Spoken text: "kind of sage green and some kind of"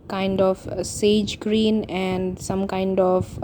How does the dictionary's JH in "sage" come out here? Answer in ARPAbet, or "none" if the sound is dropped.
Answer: JH